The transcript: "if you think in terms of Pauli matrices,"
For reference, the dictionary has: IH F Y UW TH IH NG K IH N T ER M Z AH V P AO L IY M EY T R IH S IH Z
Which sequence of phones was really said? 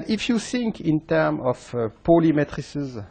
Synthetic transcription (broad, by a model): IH F Y UW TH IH NG K IH N T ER M AH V P AO L IY M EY T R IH S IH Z